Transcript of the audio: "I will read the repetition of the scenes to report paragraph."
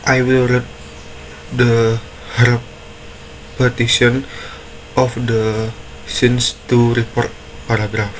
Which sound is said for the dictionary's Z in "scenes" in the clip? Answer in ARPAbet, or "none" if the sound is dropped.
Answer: S